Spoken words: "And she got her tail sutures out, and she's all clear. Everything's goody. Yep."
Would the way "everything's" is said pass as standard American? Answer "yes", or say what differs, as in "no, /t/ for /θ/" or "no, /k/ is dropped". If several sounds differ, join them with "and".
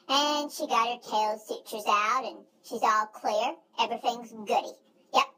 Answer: yes